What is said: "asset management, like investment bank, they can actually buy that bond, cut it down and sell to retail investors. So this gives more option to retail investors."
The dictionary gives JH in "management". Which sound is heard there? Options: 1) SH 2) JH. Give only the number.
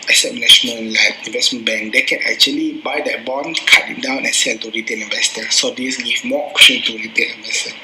1